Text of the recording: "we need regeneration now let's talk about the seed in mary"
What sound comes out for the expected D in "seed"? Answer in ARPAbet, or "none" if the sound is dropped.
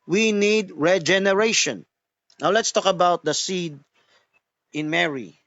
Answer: D